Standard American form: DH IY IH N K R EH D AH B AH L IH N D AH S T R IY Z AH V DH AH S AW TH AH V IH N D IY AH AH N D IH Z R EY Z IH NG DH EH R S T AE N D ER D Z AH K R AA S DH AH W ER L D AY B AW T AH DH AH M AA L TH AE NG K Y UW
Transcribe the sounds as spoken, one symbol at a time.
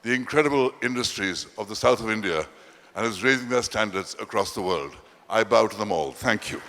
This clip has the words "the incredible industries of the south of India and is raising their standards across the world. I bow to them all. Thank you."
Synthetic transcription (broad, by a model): DH IY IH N K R EH D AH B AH L IH N D AH S T R IY Z AH V DH AH S AW TH AH V IH N D IY AH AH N IH Z R EY Z IH NG DH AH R S T AE N D ER D Z AH K R AA S DH AH W ER L D AY B AW T AH DH AH M AA L TH AE NG K Y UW